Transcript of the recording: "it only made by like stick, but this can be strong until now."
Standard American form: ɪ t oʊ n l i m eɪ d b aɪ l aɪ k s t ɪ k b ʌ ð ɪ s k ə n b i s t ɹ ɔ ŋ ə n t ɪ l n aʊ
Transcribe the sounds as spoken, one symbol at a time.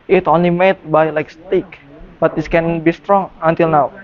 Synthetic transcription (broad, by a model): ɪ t oʊ n l i m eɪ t b aɪ l aɪ k s t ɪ k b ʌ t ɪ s k ə n b i s t ɹ ɔ ŋ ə n t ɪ l n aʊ